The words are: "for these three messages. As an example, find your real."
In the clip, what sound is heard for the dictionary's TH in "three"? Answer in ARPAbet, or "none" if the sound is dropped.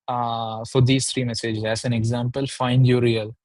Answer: T